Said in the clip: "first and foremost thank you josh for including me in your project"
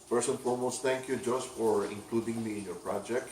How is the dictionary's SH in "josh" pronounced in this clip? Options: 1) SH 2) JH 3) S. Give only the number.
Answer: 3